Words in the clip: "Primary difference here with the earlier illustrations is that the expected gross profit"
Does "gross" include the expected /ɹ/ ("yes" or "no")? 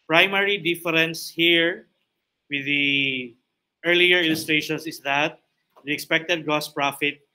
no